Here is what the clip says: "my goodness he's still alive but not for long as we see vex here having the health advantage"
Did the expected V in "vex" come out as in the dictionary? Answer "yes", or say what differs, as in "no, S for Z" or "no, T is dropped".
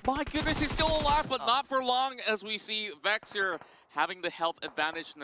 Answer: yes